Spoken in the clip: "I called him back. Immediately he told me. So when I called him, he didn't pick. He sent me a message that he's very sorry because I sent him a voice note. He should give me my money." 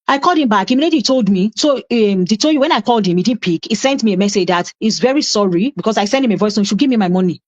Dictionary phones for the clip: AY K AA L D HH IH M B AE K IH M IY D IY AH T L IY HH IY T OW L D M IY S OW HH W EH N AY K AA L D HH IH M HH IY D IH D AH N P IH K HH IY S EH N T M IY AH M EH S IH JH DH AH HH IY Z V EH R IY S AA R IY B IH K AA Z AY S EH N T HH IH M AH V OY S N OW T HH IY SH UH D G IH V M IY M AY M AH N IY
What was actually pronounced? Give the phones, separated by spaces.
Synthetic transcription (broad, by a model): AY K AA L D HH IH M B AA K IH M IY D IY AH T L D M IY S OW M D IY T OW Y W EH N AY K AA L D HH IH M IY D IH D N P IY K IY S EH N T M IY AH M EH S IH JH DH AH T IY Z V EH R IY S AA R IY B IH K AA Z AY S EH N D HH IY M AH V OY S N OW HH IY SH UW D G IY V M IY M AY M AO N IY